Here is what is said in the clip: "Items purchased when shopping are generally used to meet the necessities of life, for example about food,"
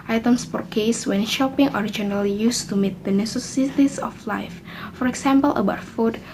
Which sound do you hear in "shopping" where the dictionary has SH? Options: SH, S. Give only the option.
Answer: SH